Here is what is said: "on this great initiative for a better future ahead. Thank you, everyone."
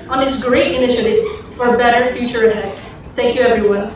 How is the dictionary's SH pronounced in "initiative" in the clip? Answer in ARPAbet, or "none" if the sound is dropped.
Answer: SH